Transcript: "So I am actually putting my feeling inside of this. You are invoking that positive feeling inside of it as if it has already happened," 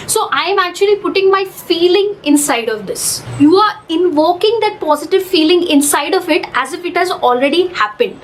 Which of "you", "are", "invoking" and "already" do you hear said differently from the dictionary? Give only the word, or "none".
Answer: none